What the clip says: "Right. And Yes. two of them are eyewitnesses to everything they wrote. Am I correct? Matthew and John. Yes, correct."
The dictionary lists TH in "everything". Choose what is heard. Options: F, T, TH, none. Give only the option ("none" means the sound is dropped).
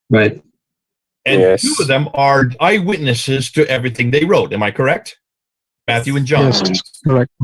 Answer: TH